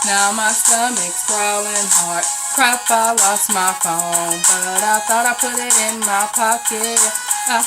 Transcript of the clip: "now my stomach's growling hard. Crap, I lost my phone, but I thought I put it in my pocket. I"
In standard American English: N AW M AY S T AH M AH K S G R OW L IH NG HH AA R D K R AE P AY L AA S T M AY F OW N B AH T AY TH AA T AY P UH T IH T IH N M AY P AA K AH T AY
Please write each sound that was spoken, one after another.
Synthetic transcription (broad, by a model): N AW M AY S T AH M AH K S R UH L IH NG HH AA R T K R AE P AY L AA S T M AY F OW N B AH T AY TH AA T AY P UH T IH T IH N M AY P AA K AH T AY